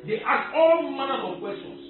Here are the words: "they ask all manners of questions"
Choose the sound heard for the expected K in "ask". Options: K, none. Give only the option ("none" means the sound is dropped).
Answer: none